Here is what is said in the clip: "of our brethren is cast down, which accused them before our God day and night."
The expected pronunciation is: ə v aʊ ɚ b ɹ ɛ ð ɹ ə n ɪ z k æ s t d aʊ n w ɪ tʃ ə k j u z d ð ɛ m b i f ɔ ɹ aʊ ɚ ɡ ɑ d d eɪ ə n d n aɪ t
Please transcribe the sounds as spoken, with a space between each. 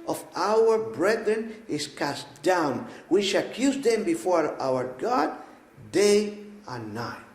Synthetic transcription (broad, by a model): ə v aʊ ɚ b ɹ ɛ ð ɹ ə n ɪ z k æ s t d aʊ n w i ʃ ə k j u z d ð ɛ m b i f ɔ ɹ aʊ ɚ ɡ ɑ d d eɪ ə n n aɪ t